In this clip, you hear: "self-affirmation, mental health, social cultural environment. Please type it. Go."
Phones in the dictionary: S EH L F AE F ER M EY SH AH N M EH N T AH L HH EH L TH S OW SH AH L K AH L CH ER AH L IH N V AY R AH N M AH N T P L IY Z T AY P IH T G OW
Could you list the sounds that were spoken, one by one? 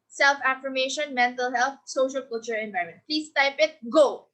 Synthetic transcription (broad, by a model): S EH L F AE F ER M EY SH AH N M EH N T AH L HH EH L T S OW SH AH L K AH L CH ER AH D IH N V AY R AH M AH N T P L IY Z T AY P IH T G OW